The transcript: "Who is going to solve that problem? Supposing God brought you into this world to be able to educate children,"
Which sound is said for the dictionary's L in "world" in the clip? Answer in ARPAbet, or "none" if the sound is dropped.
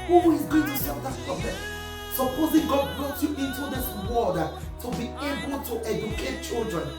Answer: none